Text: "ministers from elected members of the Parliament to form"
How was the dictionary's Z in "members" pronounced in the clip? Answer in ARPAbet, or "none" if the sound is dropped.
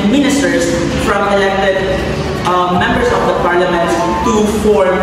S